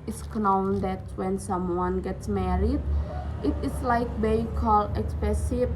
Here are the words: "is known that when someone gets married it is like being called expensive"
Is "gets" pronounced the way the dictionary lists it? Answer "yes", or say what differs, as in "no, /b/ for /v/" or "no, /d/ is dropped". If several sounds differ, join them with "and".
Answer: yes